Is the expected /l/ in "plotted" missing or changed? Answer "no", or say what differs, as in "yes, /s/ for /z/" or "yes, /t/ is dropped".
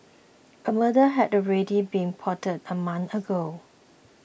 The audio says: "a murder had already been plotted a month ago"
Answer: yes, /l/ is dropped